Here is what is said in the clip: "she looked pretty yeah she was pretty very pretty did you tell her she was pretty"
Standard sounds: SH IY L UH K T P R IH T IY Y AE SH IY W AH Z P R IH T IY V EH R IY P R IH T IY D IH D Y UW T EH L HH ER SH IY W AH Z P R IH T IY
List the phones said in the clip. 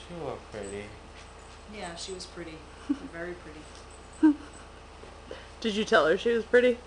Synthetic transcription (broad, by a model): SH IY W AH P R IH T IY Y AE SH IY W AH Z P R IH T IY V EH R IY P R IH T IY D IH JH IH T EH L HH ER SH IY W AH Z P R IH T IY